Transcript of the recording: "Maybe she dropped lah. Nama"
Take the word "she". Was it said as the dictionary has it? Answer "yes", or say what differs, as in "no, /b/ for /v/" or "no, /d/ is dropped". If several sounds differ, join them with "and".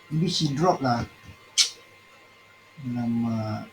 no, /s/ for /ʃ/